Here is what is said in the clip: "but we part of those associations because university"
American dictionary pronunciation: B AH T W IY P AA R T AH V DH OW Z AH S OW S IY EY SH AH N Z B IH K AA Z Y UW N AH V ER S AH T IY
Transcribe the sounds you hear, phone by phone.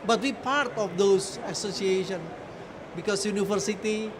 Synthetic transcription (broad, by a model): B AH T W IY P AA R T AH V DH OW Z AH S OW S IY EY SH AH N B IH K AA S Y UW N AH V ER S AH T IY